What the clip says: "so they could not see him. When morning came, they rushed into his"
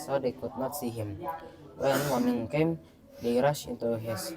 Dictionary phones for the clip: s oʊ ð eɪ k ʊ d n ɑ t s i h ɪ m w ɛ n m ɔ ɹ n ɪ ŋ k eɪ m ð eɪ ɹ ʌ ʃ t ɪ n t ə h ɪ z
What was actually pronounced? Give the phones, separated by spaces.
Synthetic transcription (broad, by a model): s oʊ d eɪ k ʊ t n ɑ t s i h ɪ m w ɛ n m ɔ n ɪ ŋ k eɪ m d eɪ ɹ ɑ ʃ ɪ n t ə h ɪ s